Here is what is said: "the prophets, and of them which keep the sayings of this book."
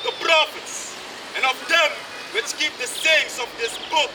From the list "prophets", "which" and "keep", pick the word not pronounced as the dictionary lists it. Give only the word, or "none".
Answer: none